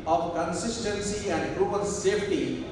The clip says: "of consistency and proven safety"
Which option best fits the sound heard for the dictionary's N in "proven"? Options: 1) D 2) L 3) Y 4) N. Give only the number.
2